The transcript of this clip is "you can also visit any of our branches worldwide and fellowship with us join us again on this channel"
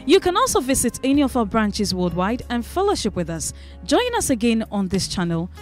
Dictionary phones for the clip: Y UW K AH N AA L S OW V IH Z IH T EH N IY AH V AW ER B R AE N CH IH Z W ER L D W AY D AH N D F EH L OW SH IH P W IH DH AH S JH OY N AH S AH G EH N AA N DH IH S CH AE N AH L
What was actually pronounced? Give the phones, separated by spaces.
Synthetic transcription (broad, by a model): Y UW K AH N AA L S OW V IH Z IH T EH N IY AH V AW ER B R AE N CH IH Z W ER D W AY D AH N F EH L OW SH IH P W IH DH AH S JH OY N AH S AH G EH N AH N DH IH S CH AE N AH L